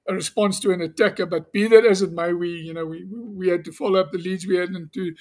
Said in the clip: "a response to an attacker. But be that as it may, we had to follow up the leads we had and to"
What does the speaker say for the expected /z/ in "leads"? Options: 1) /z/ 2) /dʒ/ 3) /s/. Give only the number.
1